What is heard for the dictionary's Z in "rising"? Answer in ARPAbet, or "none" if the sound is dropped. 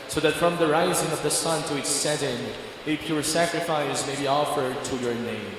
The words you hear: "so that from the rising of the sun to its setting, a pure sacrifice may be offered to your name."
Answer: Z